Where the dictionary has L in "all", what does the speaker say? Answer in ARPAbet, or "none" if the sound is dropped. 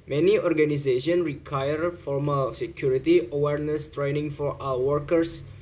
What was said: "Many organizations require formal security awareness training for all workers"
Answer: W